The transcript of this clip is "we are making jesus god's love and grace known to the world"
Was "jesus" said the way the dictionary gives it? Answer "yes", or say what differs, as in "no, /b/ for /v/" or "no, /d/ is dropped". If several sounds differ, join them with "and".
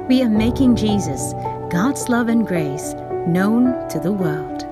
yes